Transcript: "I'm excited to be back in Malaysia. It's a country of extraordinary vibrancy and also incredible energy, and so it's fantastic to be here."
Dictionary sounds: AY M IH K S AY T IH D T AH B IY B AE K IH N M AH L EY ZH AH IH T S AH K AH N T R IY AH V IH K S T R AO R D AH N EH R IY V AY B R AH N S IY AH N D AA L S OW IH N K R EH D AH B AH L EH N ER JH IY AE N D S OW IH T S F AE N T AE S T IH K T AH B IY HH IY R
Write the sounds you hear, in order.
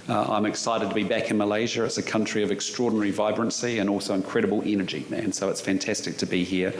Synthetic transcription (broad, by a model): AY M IH K S AY T IH D T AH B IY B AE K IH N M AH L EY ZH AH IH T S AH K AH N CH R IY AH V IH K S T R AO R D N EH R IY V AY B R AH N S IY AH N AA L S OW IH N K R EH D AH B AH L EH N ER JH IY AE N S OW IH T S F AE N T AE S T IH K T AH B IY HH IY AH